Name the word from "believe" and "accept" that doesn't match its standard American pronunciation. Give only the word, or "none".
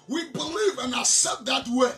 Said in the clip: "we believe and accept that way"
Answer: accept